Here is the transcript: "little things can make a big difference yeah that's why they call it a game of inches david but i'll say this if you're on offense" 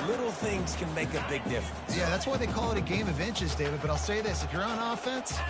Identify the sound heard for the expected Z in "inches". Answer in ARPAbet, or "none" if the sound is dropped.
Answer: Z